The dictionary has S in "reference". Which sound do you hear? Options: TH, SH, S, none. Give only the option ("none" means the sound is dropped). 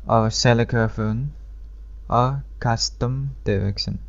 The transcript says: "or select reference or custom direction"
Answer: none